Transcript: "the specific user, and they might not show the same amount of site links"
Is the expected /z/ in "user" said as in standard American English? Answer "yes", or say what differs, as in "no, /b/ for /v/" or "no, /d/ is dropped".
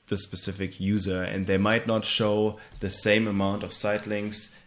yes